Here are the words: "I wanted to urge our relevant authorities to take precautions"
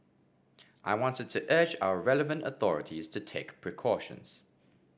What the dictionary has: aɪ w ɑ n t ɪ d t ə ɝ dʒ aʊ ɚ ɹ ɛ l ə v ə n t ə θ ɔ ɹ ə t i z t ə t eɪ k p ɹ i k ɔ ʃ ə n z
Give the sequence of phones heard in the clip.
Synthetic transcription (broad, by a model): aɪ w ɑ n t ɪ d t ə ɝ dʒ aʊ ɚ ɹ ɛ l ə v ə n t ə θ ɔ ɹ ə t i z t ə t eɪ k p ɹ i k ɔ ʃ ə n z